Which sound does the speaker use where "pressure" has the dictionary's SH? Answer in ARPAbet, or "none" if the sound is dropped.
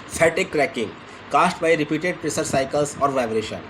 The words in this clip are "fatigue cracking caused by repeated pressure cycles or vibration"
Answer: S